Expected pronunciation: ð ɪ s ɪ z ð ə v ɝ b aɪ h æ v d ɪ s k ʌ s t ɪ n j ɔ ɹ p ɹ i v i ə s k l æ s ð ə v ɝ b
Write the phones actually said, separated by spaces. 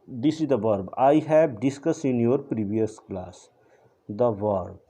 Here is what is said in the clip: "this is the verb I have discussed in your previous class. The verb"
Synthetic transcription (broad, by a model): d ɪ s ɪ z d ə v ɝ b aɪ h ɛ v d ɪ s k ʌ s ɪ n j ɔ ɹ p ɹ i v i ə s k l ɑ s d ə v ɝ b